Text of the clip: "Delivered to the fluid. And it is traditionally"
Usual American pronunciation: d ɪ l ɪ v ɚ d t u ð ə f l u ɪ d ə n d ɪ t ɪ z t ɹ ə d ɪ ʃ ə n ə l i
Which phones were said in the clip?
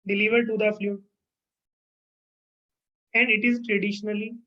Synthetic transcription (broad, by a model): d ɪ l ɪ v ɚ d t u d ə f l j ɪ ə n d ɪ t ɪ z t ɹ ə d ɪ ʃ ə n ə l i